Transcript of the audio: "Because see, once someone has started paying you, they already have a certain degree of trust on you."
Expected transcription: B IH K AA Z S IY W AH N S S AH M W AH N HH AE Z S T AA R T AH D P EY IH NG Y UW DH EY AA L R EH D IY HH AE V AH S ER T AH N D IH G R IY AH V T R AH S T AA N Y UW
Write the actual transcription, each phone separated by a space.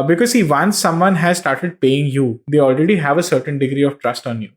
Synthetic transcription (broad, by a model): B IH K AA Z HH IY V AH N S S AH M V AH N HH AE Z S T AA R T AH D P EY IH NG Y UW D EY AA L R EH D IY HH AE V AH S ER T AH N D IH G R IY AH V T R AH S T AA N Y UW